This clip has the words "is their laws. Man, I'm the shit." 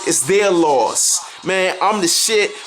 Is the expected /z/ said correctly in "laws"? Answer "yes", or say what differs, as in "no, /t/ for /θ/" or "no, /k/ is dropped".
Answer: no, /s/ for /z/